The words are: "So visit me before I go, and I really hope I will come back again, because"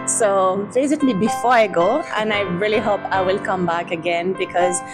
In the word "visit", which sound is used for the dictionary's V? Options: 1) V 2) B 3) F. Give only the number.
2